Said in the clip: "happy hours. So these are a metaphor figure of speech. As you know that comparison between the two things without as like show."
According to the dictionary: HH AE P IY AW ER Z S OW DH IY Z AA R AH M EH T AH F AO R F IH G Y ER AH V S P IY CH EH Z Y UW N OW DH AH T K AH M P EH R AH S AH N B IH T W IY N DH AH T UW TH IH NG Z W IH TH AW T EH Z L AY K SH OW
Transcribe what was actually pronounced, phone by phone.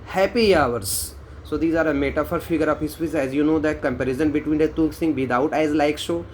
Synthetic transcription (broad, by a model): HH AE P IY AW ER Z S OW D IY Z AA R AH M EH T AH F AO R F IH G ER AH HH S F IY S EH Z Y UW N OW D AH T K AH M P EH R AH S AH N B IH T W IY N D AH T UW S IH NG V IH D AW T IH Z L AY K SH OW